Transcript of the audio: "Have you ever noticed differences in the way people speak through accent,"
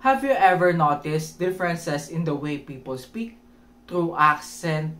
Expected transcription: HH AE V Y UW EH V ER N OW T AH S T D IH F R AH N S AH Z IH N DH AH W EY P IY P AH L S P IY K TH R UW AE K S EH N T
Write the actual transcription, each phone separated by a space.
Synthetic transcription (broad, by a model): HH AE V Y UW EH V ER N OW T AH S T D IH F R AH N S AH S IH N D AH W EY P IY P AH L S P IY K T R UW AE K S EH N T